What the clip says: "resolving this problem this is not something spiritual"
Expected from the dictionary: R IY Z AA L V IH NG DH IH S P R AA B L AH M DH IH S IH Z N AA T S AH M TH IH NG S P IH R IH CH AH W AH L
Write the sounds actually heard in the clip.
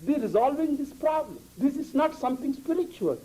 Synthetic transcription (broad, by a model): R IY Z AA L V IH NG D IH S P R AA B L AH M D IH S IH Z N AA T S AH M T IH NG S P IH R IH CH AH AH L